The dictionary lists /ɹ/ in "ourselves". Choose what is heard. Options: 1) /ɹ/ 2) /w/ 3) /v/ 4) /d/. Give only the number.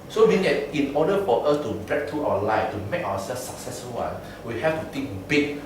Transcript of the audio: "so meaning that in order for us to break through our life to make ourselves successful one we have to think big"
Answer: 2